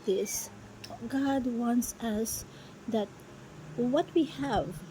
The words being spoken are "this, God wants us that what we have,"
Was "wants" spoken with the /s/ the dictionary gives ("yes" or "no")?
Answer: yes